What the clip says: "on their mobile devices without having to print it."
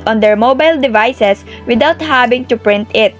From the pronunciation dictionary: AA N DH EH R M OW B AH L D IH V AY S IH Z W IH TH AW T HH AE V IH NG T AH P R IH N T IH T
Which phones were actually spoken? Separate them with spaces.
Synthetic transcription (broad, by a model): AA N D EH R M OW B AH L D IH V AY S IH S W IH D AW T HH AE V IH NG T AH P R IH N T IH T